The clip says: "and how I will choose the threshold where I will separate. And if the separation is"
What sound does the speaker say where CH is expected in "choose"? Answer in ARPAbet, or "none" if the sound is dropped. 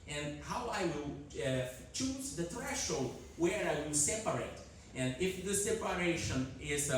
CH